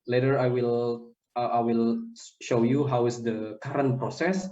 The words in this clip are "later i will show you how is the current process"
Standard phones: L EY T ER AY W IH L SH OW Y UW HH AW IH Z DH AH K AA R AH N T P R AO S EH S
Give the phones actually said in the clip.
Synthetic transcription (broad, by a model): L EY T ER AY W IH L SH OW Y UW HH AW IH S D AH K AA R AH N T P R AO S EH S